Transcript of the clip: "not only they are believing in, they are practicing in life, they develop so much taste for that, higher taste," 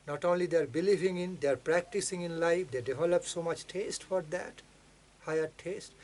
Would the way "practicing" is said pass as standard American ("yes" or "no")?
yes